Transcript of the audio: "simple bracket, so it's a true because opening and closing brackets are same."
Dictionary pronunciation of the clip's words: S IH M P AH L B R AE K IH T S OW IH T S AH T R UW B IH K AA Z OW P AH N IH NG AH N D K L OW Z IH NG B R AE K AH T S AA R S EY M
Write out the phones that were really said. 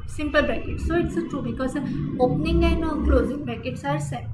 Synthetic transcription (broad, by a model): S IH M P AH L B EH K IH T S OW IH T S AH T R UW B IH K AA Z OW P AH N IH NG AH N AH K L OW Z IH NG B AE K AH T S AA R S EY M